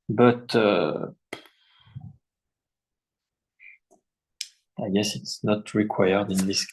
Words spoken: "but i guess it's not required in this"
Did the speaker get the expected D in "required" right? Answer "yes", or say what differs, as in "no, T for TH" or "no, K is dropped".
yes